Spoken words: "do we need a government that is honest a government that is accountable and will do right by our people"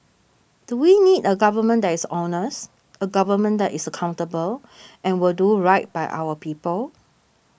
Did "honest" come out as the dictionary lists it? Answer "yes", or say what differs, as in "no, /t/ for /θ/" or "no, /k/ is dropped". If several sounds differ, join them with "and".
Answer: no, /t/ is dropped